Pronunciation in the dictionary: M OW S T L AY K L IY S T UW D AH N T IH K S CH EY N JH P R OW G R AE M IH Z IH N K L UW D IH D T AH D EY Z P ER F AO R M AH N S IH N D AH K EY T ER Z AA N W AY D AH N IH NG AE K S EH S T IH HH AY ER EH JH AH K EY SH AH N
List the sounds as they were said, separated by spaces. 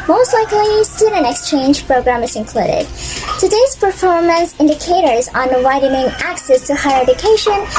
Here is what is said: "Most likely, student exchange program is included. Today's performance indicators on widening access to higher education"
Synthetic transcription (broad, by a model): M OW S T L AY K L IY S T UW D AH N IH K S CH EY N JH P R OW G R AE M IH Z IH N K L UW D IH D T AH D EY Z P ER F AO R M AH N S IH N D AH K EY T ER Z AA N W AY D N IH NG AE K S EH S T IH HH AY ER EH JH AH K EY SH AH N